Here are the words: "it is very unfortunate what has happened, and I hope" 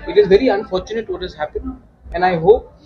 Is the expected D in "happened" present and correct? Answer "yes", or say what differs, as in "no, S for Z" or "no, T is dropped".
no, D is dropped